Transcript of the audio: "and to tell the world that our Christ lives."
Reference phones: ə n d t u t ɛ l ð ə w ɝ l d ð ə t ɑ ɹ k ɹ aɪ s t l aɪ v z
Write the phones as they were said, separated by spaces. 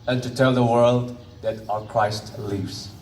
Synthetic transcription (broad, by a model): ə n t u t ɛ l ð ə w ɝ l d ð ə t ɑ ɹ k ɹ aɪ s t l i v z